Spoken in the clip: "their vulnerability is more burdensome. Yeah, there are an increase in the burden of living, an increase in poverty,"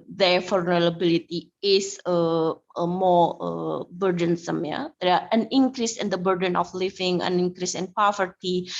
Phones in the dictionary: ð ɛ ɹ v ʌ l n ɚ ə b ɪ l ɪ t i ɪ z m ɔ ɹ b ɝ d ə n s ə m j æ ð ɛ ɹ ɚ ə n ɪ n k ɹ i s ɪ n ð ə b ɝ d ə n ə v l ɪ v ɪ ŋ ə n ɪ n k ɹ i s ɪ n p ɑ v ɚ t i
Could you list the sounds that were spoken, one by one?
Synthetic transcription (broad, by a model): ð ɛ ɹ f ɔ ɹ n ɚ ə b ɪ l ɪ t i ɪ s m ɔ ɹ b ɝ d ə n s ə m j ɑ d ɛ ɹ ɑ ə n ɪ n k ɹ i s ɪ n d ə b ɝ d ə n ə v l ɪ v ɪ ŋ ə n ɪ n k ɹ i s ɪ n p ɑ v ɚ t i